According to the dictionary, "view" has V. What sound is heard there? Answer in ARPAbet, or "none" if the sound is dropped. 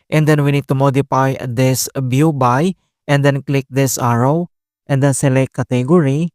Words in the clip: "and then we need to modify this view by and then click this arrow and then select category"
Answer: B